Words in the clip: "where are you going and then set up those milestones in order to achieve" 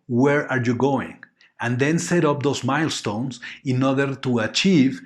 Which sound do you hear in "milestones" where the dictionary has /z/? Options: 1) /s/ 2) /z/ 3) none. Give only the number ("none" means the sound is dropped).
1